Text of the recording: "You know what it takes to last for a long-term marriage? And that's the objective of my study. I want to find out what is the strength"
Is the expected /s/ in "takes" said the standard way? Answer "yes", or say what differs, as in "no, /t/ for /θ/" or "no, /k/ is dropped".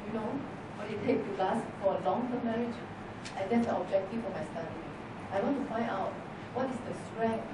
no, /s/ is dropped